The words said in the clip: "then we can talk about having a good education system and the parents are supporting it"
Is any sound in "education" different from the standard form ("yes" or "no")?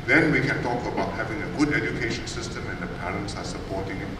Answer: no